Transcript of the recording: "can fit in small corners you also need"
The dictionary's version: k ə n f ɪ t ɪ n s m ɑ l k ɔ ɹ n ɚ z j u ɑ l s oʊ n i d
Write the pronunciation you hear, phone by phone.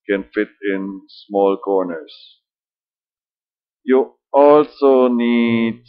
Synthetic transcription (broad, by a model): k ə n f ɪ t ɪ n s m ɑ l k ɔ ɹ n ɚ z j u ɑ l s oʊ n i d